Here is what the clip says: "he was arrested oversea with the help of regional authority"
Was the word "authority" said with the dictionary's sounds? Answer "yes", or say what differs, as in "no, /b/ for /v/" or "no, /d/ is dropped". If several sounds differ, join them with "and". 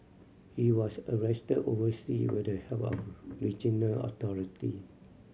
no, /t/ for /θ/